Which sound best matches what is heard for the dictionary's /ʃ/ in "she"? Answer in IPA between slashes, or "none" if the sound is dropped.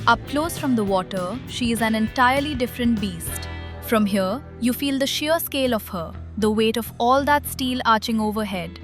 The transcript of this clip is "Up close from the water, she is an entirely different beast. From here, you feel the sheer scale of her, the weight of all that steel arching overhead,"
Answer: /ʃ/